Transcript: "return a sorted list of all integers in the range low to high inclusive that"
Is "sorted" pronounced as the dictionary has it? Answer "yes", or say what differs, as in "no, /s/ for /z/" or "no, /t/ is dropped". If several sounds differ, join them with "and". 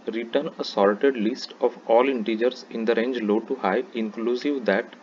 no, /l/ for /ɹ/